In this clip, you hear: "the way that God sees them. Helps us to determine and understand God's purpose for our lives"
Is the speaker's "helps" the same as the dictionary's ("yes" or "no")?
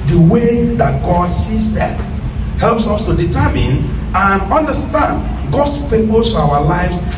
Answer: yes